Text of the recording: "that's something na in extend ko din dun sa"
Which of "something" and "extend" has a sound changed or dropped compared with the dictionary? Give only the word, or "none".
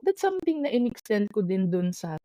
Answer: something